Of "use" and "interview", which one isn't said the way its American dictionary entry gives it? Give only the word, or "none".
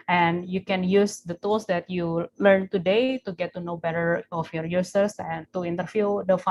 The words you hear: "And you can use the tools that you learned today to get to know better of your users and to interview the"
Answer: interview